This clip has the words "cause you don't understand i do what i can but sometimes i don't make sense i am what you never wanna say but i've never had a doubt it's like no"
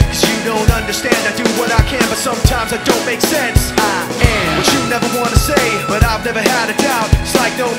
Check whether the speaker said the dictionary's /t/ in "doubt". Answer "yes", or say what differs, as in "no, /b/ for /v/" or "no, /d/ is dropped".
no, /t/ is dropped